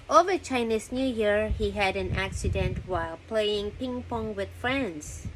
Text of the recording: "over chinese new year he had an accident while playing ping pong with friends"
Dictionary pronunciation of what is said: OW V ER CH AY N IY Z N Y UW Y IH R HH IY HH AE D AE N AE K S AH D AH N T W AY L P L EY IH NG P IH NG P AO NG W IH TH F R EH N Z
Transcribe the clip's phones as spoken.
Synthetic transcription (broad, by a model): OW V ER CH AY N IY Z N Y UW Y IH R HH IY HH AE D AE N AE K S AH D AH N T W AY L P L EY IH NG P IH NG P AO NG W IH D F R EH N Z